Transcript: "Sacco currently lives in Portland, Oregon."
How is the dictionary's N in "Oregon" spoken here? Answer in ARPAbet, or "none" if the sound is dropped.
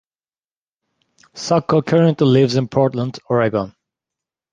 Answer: N